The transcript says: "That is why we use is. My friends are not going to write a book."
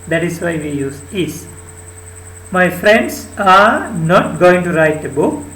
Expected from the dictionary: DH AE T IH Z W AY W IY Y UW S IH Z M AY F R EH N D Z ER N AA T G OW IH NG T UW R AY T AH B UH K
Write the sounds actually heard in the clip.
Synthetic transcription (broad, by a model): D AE T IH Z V AY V IY Y UW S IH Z M AY F R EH N D S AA N AA T G OW IH NG T UW R AY T AH B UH K